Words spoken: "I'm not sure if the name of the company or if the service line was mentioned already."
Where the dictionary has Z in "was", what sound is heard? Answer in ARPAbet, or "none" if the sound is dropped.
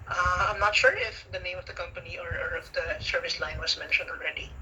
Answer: S